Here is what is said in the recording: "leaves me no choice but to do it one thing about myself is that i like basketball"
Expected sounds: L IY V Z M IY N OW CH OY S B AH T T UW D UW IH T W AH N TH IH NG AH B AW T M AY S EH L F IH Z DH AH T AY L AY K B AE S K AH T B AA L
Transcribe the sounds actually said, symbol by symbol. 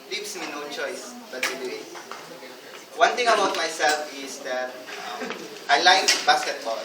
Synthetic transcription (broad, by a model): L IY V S M IY N OW CH OY S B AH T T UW D UW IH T W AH N T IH NG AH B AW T M AY S EH L F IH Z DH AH T AY L AY K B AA S K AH T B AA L